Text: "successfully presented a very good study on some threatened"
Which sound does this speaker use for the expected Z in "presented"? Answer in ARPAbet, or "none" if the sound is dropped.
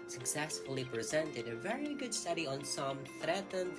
Z